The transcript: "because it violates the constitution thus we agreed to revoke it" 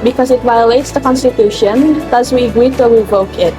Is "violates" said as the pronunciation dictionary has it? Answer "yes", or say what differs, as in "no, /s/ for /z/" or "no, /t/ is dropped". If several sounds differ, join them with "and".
yes